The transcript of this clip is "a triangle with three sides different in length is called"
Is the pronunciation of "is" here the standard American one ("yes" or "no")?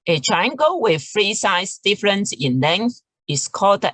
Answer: no